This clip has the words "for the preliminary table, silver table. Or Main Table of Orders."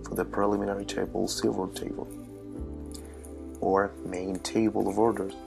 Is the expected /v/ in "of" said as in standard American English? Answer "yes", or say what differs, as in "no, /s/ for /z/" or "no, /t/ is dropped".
yes